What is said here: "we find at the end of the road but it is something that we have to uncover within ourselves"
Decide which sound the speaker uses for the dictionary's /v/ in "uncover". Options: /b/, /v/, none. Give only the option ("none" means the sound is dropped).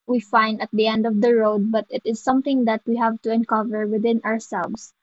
/v/